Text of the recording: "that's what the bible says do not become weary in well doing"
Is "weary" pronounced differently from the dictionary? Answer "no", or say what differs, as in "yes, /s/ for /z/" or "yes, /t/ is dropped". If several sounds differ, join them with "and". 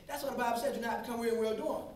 yes, /l/ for /ɹ/